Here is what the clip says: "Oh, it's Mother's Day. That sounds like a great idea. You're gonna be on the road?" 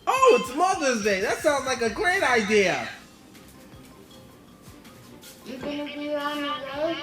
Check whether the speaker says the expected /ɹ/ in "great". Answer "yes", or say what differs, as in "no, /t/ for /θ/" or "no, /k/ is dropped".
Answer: yes